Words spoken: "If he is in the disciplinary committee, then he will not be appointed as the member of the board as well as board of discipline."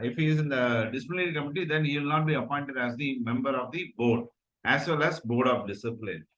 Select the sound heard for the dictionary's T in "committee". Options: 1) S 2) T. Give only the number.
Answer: 2